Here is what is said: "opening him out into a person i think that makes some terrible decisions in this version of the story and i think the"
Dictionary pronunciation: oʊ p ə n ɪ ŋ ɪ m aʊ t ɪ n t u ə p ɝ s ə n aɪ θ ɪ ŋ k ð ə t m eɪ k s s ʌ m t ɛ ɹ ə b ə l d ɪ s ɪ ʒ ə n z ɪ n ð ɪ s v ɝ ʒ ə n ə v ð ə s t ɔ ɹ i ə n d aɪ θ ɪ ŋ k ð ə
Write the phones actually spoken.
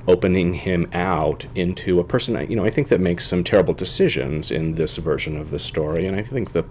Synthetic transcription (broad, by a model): oʊ p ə n ɪ ŋ ɪ m aʊ t ɪ n t u ə p ɝ s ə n aɪ θ ɪ ŋ k ð ə t m eɪ k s s ʌ m t ɛ ɹ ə b l d ɪ s ɪ ʒ ə n z ɪ n ð ɪ s v ɝ ʒ ə n ə v ð ə s t ɔ ɹ i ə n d aɪ θ ɪ ŋ k ð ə